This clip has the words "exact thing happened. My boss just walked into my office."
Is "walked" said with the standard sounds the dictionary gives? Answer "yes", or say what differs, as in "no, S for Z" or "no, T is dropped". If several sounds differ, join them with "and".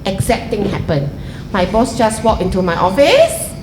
no, T is dropped